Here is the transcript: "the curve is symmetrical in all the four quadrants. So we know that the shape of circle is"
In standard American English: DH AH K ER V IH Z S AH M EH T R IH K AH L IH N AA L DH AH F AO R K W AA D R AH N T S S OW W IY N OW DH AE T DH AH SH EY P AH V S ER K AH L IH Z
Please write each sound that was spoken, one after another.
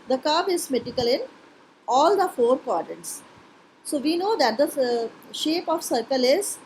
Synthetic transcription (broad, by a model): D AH K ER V IH Z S M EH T IH K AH L IH N AA L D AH F AO R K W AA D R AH N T S S OW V IY N OW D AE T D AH SH EY P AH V S ER K AH L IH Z